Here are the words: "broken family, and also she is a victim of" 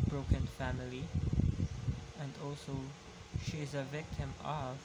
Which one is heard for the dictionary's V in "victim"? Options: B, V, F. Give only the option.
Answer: V